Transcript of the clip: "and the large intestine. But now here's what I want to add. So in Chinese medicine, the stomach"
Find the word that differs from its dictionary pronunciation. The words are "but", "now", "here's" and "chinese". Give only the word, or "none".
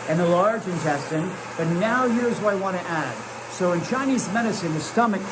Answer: none